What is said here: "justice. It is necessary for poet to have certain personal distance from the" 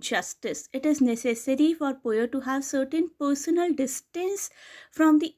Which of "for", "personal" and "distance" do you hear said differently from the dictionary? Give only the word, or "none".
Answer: none